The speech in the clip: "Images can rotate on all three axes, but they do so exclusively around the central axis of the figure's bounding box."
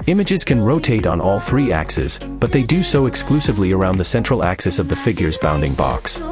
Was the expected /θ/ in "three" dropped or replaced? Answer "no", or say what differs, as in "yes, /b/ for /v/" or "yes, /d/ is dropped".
no